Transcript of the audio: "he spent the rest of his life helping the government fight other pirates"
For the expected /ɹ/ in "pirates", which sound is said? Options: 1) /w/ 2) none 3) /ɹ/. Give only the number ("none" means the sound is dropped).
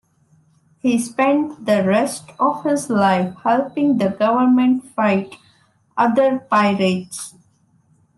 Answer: 3